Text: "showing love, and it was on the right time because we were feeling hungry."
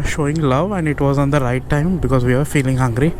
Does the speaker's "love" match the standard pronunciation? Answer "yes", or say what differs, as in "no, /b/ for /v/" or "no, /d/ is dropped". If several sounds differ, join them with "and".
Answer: yes